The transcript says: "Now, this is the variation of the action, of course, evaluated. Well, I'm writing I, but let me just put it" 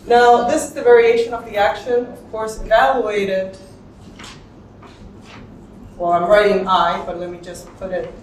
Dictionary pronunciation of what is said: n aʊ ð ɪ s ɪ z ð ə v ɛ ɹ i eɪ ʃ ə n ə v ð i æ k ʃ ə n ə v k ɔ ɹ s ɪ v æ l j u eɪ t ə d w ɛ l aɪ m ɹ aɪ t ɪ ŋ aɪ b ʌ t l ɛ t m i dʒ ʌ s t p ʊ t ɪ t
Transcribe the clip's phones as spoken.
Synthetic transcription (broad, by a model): n aʊ ð ɪ s ɪ z ð ə v ɛ ɹ i eɪ ʃ ə n ə v ð i æ k ʃ ə n ə v k ɔ ɹ s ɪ v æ l j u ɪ t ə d w ɛ l aɪ m ɹ aɪ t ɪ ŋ aɪ b ʌ t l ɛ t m i dʒ ʌ s p ʊ t ɪ t